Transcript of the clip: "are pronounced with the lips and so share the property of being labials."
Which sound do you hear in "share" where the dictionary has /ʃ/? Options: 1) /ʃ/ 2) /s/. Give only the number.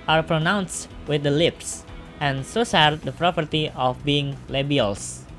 2